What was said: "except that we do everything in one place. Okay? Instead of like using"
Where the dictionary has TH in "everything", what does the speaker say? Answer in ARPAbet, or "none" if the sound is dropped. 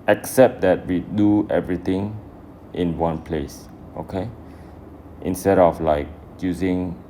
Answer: T